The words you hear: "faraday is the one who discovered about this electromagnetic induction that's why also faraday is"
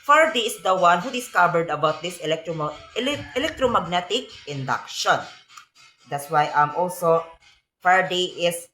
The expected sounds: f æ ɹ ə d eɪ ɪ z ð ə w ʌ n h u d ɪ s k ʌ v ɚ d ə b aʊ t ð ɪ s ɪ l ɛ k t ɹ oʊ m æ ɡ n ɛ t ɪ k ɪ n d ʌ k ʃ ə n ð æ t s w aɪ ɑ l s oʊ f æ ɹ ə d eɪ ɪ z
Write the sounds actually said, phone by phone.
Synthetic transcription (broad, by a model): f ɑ ɹ d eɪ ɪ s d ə w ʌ n h u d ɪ s k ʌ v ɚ d ə b aʊ t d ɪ s ɪ l ɛ k t ɹ oʊ m æ ɡ n ɛ t ɪ k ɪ n d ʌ k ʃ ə n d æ t s w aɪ ɑ l s oʊ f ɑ ɹ d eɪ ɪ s